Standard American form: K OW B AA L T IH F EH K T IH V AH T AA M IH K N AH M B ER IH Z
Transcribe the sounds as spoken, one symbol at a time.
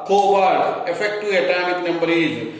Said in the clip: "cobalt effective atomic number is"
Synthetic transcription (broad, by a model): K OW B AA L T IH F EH K T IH AH T AA M IH K N AH M B ER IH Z